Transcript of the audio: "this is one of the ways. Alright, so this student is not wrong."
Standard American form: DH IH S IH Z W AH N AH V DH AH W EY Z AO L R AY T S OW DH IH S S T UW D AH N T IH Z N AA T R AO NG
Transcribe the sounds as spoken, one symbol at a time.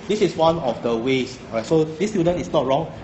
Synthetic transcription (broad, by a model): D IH S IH S W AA N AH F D AH W EY S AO R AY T S OW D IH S S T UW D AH N IH S N AA T R AO NG